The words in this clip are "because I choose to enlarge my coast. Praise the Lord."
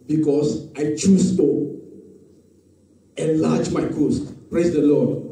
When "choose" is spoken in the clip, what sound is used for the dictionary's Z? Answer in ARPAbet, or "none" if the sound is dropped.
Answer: S